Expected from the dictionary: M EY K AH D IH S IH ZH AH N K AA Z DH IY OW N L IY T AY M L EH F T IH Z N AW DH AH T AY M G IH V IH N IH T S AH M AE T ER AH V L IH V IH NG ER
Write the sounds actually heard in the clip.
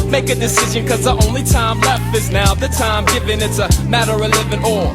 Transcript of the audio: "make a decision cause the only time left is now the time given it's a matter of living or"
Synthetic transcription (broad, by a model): M EY K AH D IH S IH ZH AH N K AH Z DH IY OW N L IY T AY M L EH F T IH Z N AW DH AH T AY M G IH V IH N IH T S AH M AE T ER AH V L IH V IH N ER